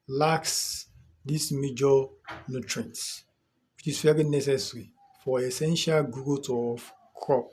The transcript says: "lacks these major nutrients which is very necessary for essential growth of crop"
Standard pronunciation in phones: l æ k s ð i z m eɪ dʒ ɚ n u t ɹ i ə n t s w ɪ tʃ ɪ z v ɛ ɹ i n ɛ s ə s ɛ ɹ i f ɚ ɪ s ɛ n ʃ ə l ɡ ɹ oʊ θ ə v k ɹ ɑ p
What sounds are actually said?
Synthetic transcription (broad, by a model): l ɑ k s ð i s m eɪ dʒ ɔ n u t ɹ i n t w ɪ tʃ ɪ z f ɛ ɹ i n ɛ s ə s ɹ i f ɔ ɪ s ɛ n ʃ ə l ɡ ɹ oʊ t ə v k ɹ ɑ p